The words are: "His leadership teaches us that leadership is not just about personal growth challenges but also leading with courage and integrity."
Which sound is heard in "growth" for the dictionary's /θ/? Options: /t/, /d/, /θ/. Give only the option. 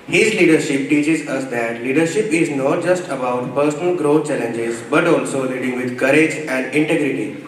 /t/